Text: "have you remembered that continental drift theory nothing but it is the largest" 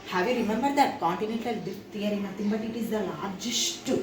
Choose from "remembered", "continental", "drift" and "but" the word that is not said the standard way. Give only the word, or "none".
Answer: drift